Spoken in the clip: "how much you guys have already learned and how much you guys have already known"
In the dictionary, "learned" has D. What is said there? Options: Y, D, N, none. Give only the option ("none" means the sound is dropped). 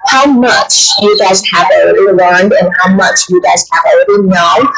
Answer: D